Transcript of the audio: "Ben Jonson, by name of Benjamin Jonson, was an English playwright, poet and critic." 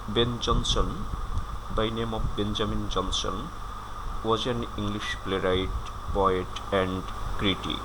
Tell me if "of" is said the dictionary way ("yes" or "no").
no